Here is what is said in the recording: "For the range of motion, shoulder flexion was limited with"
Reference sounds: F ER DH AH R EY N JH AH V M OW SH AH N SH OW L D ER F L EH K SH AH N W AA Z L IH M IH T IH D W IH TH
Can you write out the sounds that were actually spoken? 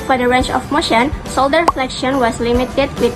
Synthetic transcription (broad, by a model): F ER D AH R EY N CH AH F M OW SH AH N S OW L D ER F L EH K SH AH N W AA S L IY M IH T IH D W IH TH